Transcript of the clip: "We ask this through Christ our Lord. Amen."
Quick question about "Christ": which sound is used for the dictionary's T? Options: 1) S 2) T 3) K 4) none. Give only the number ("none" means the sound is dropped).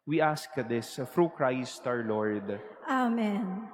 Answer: 2